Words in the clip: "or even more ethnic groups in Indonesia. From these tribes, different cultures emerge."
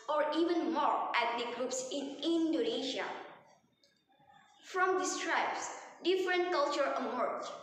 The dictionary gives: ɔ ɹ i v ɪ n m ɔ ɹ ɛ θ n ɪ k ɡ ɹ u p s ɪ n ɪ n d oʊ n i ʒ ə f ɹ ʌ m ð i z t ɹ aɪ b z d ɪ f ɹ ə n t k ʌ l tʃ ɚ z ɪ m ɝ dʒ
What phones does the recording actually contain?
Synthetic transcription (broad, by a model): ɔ ɹ i v ɪ n m ɔ ɹ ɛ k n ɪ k ɡ ɹ u p s ɪ n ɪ n d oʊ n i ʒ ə f ɹ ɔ m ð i s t ɹ aɪ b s d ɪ f ɹ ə n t k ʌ l tʃ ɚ ɪ m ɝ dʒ